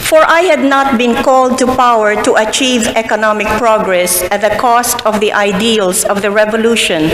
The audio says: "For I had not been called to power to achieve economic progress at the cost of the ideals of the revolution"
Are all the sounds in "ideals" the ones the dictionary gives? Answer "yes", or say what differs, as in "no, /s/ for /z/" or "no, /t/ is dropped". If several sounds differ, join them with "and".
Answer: no, /s/ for /z/